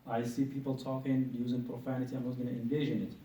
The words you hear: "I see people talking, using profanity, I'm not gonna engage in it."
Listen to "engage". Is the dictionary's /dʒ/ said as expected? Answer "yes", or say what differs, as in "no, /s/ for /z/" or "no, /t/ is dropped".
no, /ʒ/ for /dʒ/